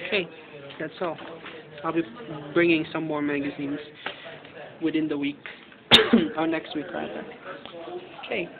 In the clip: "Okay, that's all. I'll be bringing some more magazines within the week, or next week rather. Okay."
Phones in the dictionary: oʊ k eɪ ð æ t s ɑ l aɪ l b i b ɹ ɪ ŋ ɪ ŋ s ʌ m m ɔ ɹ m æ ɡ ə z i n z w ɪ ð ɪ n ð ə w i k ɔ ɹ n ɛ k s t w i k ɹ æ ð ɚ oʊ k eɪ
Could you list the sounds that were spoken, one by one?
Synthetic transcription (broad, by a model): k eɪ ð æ t s ɑ l aɪ l b i b ɹ ɪ ŋ ɪ ŋ s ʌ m m ɔ ɹ m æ ɡ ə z i n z w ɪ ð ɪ n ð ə w i k ɔ ɹ n ɛ k s t w i k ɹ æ ɚ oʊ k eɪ